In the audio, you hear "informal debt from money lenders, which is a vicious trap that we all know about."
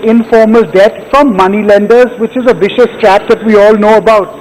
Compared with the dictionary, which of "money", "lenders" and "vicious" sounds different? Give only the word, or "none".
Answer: none